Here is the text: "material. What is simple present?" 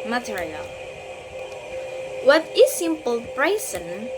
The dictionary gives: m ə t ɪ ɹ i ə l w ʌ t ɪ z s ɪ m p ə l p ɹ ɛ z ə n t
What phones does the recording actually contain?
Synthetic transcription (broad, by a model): m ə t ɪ ɹ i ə l w ʌ t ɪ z s ɪ m p ə l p ɹ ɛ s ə n